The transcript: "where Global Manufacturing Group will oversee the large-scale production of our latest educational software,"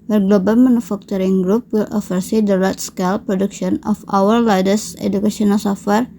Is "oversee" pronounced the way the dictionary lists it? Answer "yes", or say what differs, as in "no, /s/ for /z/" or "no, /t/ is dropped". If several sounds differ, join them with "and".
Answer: no, /f/ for /v/